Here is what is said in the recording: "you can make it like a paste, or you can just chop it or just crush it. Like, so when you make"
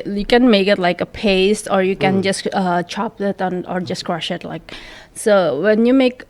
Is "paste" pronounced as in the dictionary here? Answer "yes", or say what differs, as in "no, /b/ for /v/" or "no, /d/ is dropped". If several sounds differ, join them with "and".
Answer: yes